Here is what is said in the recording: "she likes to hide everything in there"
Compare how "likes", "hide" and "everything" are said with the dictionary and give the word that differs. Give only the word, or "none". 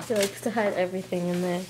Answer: none